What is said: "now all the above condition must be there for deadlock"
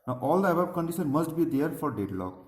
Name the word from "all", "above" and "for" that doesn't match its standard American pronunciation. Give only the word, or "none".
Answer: above